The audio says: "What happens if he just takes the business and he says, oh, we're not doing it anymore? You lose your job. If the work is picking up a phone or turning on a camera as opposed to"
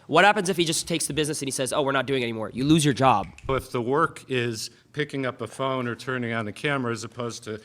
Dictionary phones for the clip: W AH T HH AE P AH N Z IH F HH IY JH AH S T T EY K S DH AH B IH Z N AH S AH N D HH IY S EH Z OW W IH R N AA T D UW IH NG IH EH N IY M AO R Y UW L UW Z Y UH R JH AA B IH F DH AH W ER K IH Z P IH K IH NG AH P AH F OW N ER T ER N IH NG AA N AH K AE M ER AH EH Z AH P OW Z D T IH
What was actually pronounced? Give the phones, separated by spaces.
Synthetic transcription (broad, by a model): W AH T HH AE P AH N Z IH F HH IY JH AH S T T EY K S DH AH B IH Z N AH S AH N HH IY S EH Z OW W IH R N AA T D UW IH NG EH N IY M AO R Y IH L UW Z Y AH R JH AA B IH F DH AH W ER K IH Z P IH K IH NG AH P AH F OW N ER T ER N IH NG AA N AH K AE M ER AH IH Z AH P OW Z T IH